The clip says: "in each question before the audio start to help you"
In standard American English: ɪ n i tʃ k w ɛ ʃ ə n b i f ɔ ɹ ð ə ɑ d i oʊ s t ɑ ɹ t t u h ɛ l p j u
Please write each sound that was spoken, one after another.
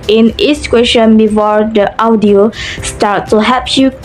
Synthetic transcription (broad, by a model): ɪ n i s k w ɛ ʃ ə n b i f ɔ ɹ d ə ɑ d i oʊ s t ɑ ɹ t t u h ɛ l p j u